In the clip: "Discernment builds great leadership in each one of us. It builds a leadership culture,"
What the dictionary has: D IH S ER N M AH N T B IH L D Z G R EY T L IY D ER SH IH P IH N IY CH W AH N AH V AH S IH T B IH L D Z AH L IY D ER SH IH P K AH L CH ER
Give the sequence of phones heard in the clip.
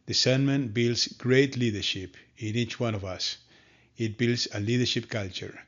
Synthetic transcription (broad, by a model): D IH S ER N M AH N B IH L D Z G R EY T L IY D ER SH IH P IH N IY CH W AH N AH V AH S IH T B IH L D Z AH L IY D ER SH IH P K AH L CH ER